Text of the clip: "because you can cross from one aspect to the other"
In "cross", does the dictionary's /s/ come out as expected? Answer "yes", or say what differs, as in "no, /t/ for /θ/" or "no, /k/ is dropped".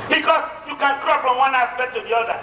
no, /s/ is dropped